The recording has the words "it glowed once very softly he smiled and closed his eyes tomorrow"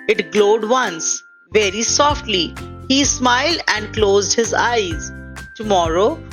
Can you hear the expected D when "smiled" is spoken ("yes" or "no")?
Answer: yes